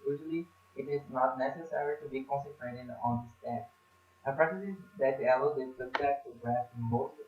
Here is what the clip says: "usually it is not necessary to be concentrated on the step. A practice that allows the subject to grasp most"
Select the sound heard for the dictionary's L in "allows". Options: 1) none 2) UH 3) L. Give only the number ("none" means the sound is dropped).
1